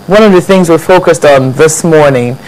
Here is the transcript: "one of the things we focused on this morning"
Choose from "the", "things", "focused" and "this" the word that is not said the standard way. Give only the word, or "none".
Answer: none